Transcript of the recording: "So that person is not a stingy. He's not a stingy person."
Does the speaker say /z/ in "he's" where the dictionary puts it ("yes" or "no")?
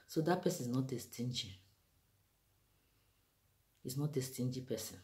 no